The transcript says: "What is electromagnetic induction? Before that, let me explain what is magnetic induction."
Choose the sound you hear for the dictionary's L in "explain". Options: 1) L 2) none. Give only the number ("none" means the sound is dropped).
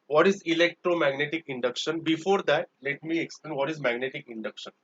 1